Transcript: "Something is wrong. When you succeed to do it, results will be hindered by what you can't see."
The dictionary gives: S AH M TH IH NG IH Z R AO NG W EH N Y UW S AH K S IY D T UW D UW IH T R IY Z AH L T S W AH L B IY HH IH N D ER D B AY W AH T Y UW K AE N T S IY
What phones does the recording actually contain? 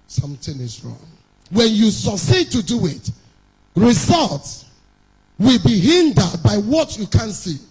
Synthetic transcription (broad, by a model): S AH M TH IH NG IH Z R AO NG W EH N Y UW S AH K S IY D T UW D UW IH T R IY Z AH L T S W AH L B IY HH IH N D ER D B AY W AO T Y UW K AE N S IY